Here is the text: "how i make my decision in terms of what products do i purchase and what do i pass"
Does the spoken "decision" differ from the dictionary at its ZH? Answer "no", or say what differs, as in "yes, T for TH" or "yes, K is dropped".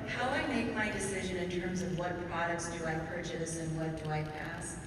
no